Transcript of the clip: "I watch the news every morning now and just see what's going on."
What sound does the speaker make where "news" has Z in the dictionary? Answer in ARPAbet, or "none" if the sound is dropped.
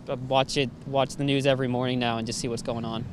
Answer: Z